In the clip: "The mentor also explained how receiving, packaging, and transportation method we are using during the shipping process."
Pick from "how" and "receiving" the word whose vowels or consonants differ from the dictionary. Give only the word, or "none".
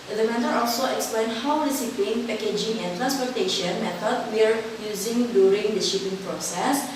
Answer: receiving